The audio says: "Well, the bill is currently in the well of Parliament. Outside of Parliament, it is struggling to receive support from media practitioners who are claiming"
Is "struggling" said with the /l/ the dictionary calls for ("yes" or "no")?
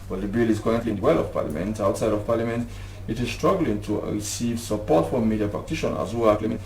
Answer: yes